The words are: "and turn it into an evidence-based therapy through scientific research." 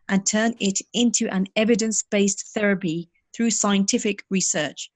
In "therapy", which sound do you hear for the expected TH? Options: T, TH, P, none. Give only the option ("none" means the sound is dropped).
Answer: TH